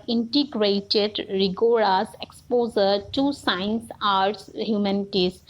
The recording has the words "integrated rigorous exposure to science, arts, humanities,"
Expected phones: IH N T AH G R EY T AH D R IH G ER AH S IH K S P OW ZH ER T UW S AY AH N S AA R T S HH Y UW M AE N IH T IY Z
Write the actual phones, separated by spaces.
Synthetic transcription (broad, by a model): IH N T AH G R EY T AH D R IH G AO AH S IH K S P OW Z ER T UW S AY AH N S AA R T S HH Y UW M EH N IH T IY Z